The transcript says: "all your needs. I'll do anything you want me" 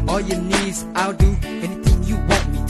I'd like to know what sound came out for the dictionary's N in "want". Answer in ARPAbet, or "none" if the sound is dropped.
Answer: none